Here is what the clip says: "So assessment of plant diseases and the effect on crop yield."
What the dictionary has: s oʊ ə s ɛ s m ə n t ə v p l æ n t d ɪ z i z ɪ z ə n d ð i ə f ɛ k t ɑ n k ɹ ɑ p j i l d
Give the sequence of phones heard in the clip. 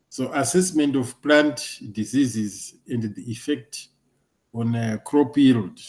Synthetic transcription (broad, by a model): s oʊ ə s ɛ s m ə n t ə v p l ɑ n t d ɪ z i z ɪ z ə n d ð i ə f ɛ k t ɑ n k ɹ ɑ p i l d